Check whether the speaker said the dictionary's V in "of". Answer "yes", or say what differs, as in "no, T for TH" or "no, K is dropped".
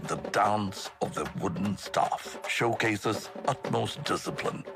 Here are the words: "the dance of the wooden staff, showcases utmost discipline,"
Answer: yes